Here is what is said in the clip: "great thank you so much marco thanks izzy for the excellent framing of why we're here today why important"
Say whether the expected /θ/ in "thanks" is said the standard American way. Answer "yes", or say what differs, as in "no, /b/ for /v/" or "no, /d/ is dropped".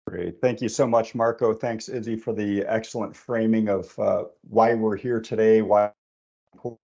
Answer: yes